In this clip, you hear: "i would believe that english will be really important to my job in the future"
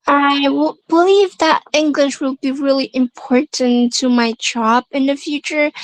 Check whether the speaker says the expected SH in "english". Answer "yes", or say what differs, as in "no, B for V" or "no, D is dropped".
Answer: yes